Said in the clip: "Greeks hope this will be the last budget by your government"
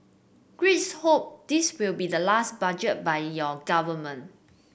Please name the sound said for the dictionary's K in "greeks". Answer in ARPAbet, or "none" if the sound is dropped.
none